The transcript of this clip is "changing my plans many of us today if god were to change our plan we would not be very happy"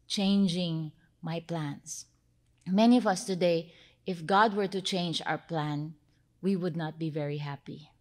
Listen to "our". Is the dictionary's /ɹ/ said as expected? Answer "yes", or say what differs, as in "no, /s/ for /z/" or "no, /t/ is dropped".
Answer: yes